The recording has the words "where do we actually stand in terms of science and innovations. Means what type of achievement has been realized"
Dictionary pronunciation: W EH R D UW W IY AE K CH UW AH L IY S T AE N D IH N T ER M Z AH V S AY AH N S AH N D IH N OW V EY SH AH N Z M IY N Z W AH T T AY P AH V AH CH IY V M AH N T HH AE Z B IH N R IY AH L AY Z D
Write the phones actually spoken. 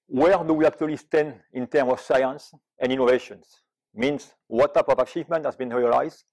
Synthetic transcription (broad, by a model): W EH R D UW W IY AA K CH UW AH L IY S T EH N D IH N T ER M AH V S AY AH N S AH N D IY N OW V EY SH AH N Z M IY N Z W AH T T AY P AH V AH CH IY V M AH N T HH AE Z B IH N R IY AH L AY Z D